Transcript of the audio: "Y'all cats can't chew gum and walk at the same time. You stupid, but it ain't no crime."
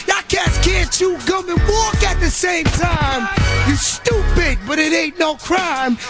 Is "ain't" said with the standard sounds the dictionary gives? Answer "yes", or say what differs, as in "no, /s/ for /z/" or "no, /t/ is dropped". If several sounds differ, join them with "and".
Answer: no, /n/ is dropped